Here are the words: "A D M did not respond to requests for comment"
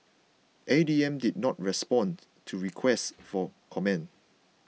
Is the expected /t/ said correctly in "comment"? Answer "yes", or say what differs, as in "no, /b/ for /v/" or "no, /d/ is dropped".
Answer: no, /t/ is dropped